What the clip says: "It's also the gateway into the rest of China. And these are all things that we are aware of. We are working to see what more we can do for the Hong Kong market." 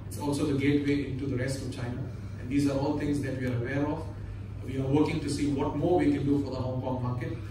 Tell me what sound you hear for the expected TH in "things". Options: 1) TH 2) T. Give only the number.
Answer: 2